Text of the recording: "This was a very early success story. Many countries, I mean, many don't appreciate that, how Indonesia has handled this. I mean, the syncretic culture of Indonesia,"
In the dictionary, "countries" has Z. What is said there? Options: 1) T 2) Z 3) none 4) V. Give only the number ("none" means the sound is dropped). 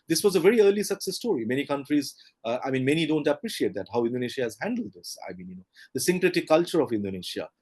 2